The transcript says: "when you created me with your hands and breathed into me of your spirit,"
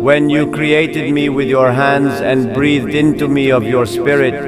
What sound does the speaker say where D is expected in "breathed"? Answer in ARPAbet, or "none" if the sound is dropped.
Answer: D